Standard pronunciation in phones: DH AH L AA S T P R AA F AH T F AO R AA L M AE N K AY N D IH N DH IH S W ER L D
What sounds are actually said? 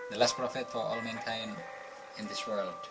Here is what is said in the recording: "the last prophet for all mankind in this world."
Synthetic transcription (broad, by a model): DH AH L AA S T P R AA F AH T F AO R AA L M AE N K AY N IH N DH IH S W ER L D